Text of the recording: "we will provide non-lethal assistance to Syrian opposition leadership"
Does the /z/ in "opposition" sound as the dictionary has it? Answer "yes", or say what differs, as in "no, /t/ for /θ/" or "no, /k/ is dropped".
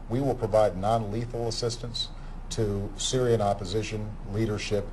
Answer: yes